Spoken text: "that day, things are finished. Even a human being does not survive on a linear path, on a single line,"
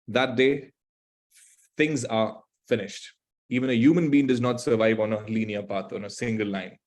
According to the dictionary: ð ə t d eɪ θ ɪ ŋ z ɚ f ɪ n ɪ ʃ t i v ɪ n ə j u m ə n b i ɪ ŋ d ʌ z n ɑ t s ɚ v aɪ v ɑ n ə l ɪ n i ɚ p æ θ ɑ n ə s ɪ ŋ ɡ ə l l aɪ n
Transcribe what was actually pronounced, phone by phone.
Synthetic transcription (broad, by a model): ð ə t d eɪ t ɪ ŋ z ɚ f ɪ n ɪ ʃ t i v ɪ n ə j u m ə n b i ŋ d ʌ z n ɑ t s ɚ v aɪ v ɑ n ə l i n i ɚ p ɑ t ɑ n ə s ɪ ŋ ɡ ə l l aɪ n